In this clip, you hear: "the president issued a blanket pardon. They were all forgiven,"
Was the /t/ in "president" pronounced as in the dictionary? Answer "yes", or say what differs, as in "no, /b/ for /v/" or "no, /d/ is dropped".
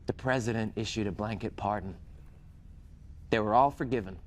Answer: yes